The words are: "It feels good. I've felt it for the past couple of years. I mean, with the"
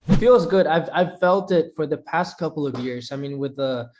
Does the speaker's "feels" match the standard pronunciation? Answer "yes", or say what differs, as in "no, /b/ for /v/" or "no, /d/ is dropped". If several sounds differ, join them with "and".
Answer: yes